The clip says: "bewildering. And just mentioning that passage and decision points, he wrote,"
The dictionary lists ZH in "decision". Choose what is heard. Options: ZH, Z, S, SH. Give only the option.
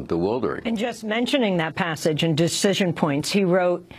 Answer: ZH